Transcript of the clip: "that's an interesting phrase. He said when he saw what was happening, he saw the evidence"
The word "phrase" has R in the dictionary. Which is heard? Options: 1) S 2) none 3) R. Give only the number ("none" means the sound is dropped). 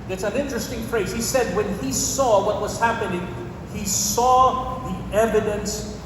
3